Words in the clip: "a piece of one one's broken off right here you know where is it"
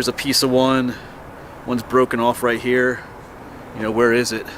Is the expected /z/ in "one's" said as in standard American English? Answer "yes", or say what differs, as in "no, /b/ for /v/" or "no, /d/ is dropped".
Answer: yes